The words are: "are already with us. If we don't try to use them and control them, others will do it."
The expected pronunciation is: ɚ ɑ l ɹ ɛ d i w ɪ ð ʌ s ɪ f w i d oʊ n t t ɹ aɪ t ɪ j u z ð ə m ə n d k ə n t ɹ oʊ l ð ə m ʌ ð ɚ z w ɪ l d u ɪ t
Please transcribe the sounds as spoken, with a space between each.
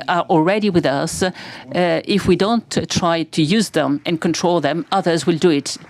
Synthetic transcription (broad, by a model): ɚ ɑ l ɹ ɛ d i w ɪ ð ʌ s ɪ f w i d oʊ n t t ɹ aɪ t ɪ j u z ð ə m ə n k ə n t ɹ oʊ l ð ə m ʌ ð ɚ z w ɪ l d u ɪ t